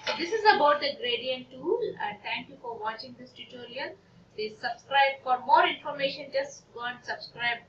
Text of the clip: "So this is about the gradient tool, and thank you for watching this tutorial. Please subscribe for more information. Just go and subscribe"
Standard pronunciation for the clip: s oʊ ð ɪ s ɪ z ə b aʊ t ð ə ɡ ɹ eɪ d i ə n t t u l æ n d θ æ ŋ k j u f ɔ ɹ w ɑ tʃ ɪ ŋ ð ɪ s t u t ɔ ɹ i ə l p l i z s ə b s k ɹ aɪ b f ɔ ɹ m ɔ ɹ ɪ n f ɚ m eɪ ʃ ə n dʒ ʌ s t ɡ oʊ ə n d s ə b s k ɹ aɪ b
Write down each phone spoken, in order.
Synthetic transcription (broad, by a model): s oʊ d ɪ s ɪ z ə b aʊ t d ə ɡ ɹ eɪ d i ə n t t u l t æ ŋ k j u f ɔ ɹ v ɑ tʃ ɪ ŋ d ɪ s t u t ɔ ɹ i ə l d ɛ s ə b s k ɹ aɪ b f ɔ ɹ m ɔ ɹ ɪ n f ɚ m eɪ ʃ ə n dʒ ʌ s t ɡ oʊ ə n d s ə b s k ɹ aɪ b